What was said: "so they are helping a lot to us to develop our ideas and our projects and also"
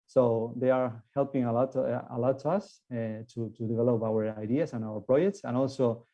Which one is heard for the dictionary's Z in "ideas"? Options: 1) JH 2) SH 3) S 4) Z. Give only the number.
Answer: 3